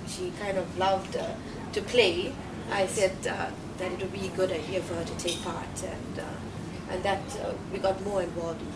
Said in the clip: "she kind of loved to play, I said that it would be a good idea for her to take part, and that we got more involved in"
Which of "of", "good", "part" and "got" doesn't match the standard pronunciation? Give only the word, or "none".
none